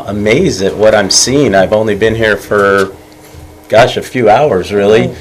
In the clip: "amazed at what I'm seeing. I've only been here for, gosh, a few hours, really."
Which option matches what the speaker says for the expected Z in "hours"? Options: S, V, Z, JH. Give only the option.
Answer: Z